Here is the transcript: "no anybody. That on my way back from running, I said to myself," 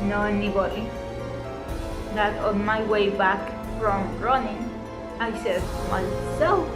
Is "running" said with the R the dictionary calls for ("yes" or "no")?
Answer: yes